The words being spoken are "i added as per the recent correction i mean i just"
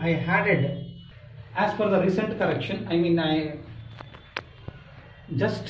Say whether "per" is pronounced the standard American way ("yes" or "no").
no